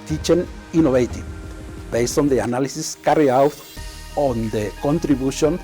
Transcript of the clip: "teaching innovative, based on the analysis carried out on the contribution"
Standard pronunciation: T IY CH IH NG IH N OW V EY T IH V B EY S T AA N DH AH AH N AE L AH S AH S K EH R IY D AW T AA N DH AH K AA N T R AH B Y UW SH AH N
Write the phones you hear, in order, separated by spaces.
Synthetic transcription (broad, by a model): T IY CH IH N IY N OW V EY T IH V B EY S T AA N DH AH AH N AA L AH S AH S K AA R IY AW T AA N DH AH K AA N T R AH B Y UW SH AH N